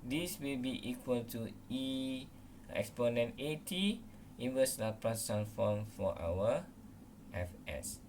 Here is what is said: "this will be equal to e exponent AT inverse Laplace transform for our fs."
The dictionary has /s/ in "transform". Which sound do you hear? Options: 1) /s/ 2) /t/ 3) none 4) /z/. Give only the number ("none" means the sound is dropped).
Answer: 3